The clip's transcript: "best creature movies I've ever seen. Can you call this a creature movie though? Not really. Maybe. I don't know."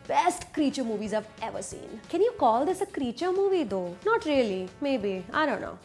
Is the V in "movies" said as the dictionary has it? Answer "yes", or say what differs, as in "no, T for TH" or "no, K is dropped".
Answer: yes